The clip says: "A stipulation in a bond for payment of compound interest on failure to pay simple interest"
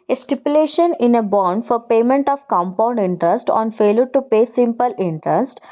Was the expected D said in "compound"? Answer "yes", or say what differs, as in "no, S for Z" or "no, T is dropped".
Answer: yes